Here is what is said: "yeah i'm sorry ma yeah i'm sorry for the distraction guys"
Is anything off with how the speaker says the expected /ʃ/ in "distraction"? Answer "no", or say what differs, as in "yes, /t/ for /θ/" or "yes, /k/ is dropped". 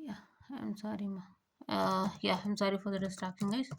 yes, /ʃ/ is dropped